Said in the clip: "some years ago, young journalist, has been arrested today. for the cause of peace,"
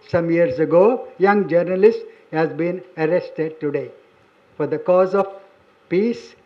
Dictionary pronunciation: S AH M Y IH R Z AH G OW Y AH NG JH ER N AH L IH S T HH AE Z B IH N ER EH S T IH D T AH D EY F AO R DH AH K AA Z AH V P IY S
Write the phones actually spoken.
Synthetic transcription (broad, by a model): S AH M Y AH R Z AH G OW Y AH NG JH ER N AH L IH S T HH AE Z B IH N ER EH S T IH D T AH D EY F AO R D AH K AA Z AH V P IY S